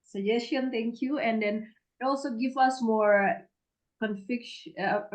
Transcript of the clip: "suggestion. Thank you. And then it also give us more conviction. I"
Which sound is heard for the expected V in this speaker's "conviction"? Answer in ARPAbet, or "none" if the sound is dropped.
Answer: F